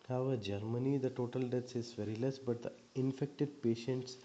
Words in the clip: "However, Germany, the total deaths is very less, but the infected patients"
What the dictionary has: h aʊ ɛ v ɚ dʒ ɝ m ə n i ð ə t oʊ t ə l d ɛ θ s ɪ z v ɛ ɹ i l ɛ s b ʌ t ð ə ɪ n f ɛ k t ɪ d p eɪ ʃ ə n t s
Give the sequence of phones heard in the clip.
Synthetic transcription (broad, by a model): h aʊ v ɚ dʒ ɝ m ə n i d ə t oʊ t ə l d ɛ t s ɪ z v ɛ ɹ i l ɛ s b ʌ t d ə ɪ n f ɛ k t ɪ d p eɪ ʃ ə n t s